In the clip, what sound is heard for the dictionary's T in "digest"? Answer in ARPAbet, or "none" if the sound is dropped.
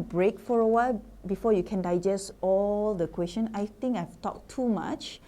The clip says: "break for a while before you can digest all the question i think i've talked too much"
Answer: T